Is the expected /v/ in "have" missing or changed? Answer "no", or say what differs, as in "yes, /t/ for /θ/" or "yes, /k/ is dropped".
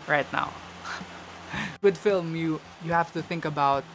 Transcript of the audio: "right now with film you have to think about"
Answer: yes, /f/ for /v/